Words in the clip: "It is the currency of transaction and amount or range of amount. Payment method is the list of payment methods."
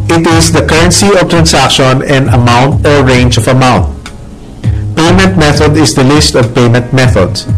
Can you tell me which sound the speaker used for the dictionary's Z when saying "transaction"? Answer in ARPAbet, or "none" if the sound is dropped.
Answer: S